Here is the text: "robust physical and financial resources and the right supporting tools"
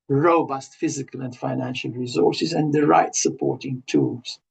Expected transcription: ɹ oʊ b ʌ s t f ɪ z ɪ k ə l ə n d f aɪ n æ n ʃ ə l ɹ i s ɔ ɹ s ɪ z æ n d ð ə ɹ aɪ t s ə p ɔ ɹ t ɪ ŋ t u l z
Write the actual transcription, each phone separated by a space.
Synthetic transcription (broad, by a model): ɹ oʊ b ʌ s t f ɪ z ɪ k ə l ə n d f aɪ n æ n ʃ ə l ɹ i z ɔ ɹ s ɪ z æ n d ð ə ɹ aɪ t s ə p ɔ ɹ t ɪ ŋ t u l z